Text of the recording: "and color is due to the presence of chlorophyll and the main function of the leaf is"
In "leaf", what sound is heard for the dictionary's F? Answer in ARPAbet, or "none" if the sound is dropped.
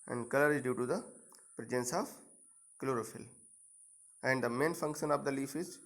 F